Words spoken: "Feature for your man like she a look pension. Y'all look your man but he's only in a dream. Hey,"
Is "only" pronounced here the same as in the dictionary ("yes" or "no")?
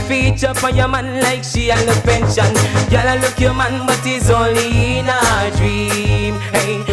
no